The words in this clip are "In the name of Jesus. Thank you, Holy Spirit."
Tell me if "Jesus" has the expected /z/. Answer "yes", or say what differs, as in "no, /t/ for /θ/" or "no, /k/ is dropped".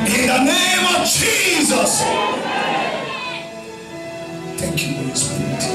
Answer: yes